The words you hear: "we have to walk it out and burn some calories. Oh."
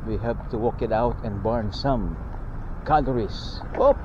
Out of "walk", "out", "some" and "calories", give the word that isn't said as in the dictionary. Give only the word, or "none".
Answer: calories